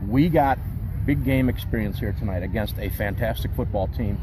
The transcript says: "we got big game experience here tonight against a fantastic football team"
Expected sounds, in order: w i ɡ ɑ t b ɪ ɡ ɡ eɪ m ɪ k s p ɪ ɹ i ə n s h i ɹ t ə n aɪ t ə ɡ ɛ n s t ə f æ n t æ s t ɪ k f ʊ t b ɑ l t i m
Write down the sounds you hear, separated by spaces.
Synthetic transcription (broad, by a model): w i ɡ ɑ t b ɪ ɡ ɡ eɪ m ɪ k s p ɪ ɹ i ə n s h i ɹ t ə n aɪ t ə ɡ ɛ n s t ə f æ n t æ s t ɪ k f ʊ t b ɑ l t i m